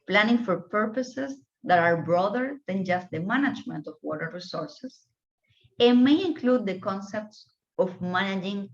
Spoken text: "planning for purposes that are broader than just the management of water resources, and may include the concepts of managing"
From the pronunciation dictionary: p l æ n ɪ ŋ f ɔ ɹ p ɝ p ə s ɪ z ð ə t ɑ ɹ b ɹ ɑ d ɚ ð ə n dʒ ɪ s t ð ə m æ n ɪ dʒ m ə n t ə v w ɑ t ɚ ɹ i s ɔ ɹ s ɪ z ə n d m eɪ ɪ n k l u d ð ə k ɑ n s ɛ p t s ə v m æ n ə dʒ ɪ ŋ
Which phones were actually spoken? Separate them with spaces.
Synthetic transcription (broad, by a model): p l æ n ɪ ŋ f ɔ ɹ p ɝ p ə s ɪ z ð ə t ɑ ɹ b ɹ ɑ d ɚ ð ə n dʒ ɪ s t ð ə m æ n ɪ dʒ m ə n t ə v w ɑ t ɚ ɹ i s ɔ ɹ s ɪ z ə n m eɪ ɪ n k l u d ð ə k ɑ n s ɛ p t s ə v m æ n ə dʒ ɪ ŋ